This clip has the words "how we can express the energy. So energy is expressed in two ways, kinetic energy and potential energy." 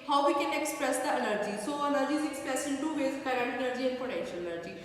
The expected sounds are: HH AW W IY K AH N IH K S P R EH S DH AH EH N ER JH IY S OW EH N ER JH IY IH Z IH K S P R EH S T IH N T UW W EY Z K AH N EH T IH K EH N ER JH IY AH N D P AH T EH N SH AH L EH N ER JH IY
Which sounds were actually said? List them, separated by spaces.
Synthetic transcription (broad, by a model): HH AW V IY K AH N IH K S P R EH S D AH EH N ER JH IY S OW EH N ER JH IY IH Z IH K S P R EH S IH N T UW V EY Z K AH T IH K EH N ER JH IY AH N P AH T EH N SH AH L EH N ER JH IY